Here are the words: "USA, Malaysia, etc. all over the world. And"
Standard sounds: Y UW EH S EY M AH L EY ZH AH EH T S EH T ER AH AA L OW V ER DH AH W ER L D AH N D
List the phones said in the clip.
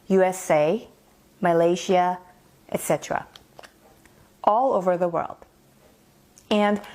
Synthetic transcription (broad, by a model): Y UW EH S EY M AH L EY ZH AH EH T S EH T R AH AA L OW V ER DH AH W ER L D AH N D